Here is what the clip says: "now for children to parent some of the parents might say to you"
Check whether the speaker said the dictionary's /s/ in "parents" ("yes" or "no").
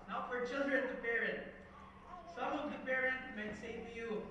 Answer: no